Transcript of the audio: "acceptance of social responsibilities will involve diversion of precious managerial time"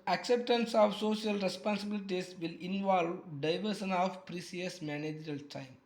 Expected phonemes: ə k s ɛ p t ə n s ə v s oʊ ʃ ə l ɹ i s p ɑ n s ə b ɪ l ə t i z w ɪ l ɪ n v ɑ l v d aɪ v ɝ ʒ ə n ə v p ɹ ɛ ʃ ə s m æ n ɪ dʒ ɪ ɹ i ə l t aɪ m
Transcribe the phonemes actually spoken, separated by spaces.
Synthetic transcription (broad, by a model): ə k s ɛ p t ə n s ə v s oʊ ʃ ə l ɹ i s p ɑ n s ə b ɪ l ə t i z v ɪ l ɪ n v ɑ l v d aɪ v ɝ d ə n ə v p ɹ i s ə s m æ n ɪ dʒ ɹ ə l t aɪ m